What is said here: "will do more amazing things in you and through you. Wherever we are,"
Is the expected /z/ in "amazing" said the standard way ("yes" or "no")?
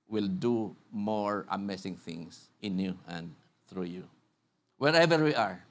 no